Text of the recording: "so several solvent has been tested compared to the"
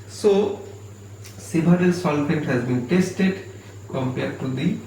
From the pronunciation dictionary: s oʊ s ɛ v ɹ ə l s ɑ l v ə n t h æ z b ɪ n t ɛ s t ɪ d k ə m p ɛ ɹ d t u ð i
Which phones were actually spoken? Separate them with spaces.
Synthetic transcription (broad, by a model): s oʊ s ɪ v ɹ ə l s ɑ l f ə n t h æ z b ɪ n t ɛ s t ɪ d k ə m p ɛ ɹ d t u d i